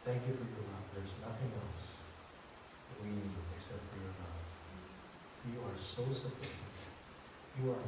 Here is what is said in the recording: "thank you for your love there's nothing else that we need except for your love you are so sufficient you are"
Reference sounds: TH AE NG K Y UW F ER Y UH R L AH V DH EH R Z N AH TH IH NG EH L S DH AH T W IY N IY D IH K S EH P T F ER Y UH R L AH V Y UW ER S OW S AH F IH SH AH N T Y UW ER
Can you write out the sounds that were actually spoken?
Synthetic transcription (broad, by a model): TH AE NG K Y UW F ER Y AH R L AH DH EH R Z N AH TH IH NG EH L S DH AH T W IY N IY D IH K S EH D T F ER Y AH R N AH F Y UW ER S OW S AH F IH SH AH N T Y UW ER